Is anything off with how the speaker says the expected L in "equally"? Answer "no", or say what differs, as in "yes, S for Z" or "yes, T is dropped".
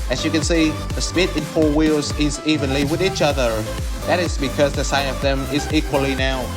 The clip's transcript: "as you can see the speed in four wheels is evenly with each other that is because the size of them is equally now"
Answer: no